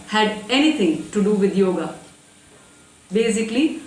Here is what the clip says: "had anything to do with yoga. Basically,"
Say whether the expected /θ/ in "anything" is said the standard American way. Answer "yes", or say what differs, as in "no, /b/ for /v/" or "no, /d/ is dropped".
no, /t/ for /θ/